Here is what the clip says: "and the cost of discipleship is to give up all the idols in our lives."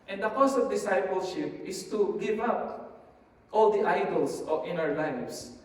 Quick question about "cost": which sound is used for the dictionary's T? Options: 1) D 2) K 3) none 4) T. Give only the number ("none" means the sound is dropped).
3